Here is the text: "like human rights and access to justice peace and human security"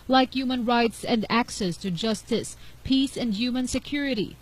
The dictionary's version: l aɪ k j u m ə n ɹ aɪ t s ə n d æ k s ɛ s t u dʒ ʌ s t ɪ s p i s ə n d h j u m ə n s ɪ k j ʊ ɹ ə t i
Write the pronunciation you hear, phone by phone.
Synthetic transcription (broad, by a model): l aɪ k j u m ə n ɹ aɪ t s ə n d æ k s ɛ s t u dʒ ʌ s t ɪ s p i s ə n d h j u m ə n s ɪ k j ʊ ɹ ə t i